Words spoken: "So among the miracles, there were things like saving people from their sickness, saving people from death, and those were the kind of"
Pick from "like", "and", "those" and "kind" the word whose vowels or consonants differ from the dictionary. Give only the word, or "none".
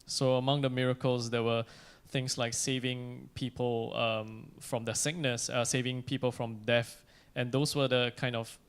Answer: those